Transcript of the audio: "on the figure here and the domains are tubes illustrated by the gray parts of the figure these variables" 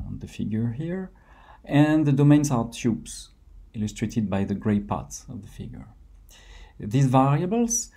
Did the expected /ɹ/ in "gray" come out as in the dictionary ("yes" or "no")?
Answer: yes